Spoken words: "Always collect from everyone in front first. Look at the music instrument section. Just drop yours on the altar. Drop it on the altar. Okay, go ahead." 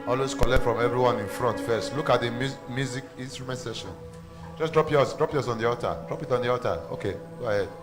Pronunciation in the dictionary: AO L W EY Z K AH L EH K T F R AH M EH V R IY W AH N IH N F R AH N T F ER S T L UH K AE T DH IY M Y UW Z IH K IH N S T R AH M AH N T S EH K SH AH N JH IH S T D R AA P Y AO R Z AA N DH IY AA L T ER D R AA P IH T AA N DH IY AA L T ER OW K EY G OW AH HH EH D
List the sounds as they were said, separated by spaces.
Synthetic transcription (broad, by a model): AO L W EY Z K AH L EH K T F R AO M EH V R IY W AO N IH N F R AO N T F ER S T L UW K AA T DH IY M Y UW Z IH K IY N S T R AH M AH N T S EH SH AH N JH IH S D R AA P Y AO R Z AA N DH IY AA T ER D R AA P IH T AA N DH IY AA T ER OW K EY G OW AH HH EH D